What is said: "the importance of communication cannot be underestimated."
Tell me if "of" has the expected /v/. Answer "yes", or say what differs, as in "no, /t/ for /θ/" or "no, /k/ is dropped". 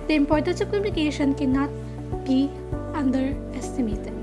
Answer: no, /p/ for /v/